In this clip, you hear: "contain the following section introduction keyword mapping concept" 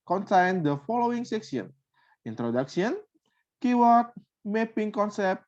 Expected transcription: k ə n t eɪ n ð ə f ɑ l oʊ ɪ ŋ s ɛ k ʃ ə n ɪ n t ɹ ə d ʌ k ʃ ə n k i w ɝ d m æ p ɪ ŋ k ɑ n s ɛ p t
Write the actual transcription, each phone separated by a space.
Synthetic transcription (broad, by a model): k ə n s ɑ n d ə f ɑ l oʊ ɪ ŋ s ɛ k s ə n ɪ n t ɹ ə d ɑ k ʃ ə n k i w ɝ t m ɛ p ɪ ŋ k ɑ n s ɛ p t